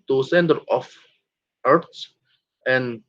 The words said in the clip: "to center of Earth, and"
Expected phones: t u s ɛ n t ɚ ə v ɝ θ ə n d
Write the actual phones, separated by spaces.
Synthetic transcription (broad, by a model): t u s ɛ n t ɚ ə f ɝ s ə n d